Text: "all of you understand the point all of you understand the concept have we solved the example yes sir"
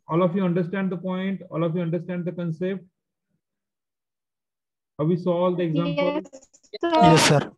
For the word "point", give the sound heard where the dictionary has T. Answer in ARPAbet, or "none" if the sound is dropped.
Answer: T